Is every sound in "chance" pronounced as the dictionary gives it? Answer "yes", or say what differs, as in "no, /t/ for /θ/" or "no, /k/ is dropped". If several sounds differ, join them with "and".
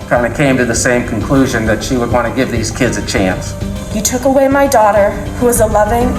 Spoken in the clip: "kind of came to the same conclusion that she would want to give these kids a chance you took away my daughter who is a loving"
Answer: yes